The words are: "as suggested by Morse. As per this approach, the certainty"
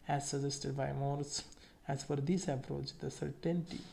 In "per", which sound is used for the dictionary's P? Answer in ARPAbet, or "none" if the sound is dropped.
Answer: F